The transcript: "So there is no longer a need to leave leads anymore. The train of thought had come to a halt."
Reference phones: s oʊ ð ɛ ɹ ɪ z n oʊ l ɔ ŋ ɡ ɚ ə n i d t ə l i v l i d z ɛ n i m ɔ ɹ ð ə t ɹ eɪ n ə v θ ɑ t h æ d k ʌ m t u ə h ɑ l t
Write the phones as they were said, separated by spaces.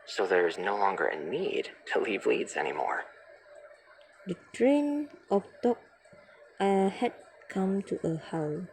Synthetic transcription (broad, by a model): s oʊ ð ɛ ɹ ɪ z n oʊ l ɔ ŋ ɡ ɚ ə n i d t ə l i v l i d z ɛ n i m ɔ ɹ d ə t ɹ eɪ n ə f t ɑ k h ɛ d k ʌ m t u ə h ɑ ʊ